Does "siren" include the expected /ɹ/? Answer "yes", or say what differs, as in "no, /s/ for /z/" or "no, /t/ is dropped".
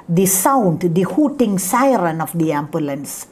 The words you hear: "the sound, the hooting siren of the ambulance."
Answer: yes